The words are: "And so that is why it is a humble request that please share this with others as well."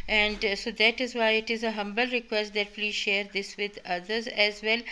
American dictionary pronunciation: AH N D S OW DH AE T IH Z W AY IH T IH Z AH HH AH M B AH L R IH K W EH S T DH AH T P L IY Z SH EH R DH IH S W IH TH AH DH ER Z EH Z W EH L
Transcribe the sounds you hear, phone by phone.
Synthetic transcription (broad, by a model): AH N D S OW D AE T IH Z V AY IH T IH Z AH HH AH M B AH L R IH K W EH S T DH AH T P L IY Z SH EH R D IH S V IH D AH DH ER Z EH Z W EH L